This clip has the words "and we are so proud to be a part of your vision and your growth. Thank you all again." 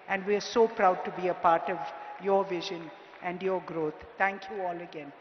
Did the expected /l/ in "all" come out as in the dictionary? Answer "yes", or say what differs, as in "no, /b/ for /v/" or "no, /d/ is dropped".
yes